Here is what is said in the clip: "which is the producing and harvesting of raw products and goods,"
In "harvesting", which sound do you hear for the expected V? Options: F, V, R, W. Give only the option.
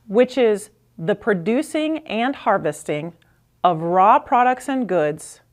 V